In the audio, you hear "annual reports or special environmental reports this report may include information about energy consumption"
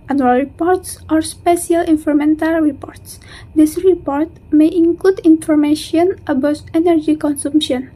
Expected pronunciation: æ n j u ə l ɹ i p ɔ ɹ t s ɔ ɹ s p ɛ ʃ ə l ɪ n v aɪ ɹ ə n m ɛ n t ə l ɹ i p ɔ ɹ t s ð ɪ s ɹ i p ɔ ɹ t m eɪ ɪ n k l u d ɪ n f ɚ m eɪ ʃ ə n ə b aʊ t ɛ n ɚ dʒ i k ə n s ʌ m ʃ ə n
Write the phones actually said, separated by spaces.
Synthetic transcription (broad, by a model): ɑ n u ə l ɹ i p ɔ ɹ t s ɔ ɹ s p ɛ ʃ ə l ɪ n f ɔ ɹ m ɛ n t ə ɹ ɹ i p ɔ ɹ t s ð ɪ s ɹ i p ɔ ɹ t m eɪ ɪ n k l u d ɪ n f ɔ m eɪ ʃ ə n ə b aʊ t ɛ n ɚ dʒ i k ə n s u m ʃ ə n